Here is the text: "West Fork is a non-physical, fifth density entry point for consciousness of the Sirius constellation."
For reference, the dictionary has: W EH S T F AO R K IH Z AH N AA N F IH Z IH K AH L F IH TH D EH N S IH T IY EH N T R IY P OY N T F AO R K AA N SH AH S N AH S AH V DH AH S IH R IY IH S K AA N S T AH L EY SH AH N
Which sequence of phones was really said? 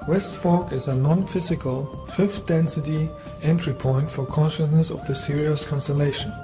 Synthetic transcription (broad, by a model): W EH S T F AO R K IH Z AH N AA N F IH Z IH K AH L F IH F D EH N S IH T IY EH N T R IY P OY N T F AO R K AA N SH AH S N AH S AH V DH AH S IH R IY IH S K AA N S T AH L EY SH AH N